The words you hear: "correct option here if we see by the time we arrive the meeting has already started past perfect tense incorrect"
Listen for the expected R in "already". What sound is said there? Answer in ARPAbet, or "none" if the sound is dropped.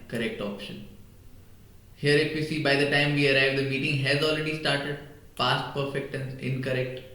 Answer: R